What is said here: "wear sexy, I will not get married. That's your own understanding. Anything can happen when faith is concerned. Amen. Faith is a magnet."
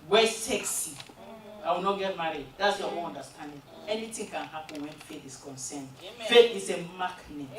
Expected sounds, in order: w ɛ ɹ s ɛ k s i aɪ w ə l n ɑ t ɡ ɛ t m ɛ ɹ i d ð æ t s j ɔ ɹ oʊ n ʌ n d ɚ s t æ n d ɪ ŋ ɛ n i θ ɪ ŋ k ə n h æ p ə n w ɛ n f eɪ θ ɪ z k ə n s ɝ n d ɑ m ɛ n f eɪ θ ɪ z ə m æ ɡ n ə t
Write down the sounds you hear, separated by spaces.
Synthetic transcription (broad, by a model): w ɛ s ɛ k s i aɪ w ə n ɑ t ɡ ɛ t m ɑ ɹ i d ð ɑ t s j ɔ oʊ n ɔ n d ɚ s t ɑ n d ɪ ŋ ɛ n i t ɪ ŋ k ə n h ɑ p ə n w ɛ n f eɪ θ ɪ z k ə n s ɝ n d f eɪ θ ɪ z ə m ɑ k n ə